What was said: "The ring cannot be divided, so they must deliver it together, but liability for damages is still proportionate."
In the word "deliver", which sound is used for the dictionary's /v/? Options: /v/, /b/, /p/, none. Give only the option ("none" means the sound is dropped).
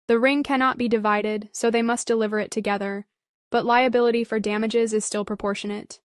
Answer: /v/